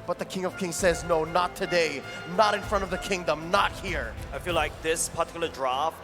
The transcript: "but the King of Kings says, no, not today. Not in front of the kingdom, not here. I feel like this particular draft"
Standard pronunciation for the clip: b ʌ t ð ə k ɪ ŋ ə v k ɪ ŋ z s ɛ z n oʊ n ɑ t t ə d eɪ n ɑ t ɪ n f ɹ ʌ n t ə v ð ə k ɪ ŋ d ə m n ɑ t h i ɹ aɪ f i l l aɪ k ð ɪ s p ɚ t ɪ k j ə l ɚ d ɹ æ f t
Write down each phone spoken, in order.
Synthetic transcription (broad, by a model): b ʌ t ð ə k ɪ ŋ ə v k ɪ ŋ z s ɛ z n oʊ n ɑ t t ə d eɪ n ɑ t ɪ n f ɹ ʌ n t ə v ð ə k ɪ ŋ d ə m n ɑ t h i ɹ aɪ f i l l aɪ k ð ɪ s p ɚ t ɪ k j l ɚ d ɹ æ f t